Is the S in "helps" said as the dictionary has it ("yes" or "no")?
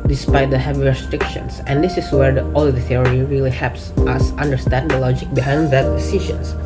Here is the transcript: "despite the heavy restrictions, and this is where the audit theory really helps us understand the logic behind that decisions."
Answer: yes